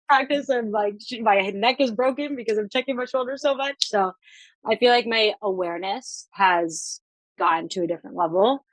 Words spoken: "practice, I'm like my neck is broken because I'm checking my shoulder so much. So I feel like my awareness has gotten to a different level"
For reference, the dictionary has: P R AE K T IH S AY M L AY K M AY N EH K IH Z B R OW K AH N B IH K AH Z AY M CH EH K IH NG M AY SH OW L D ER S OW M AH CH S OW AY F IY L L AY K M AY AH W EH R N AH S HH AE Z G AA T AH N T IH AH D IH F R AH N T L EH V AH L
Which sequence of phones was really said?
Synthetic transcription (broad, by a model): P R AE K T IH S AY M L AY K M AY N EH K IH Z B R OW K AH N B IH K AH Z AY M CH EH K IH NG M AY SH OW L D ER S OW M AH CH S OW AY F IY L L AY K M AY AH W EH R N AH S HH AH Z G AA N T IH AH D IH F R AH N T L EH V L